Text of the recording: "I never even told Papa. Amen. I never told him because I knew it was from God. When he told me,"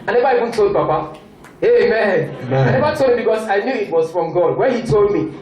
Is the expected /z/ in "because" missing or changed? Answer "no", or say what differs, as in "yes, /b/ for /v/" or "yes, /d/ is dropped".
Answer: yes, /s/ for /z/